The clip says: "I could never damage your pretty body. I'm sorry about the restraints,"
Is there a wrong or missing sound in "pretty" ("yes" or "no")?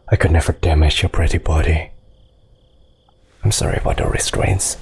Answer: no